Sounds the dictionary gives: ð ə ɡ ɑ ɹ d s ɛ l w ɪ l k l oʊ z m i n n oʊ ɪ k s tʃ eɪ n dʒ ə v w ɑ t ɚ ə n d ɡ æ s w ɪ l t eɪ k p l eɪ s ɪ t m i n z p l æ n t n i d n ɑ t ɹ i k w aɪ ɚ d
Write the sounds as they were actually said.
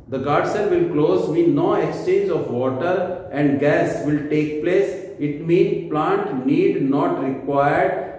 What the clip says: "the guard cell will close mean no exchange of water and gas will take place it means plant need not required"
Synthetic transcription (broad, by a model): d ə ɡ ɑ ɹ d s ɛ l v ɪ l k l oʊ z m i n n oʊ ɪ k s tʃ eɪ n dʒ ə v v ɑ t ɚ ə n d ɡ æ s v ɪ l t eɪ k p l eɪ s ɪ t m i n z p l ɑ n t n i d n ɑ t ɹ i k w aɪ ɚ d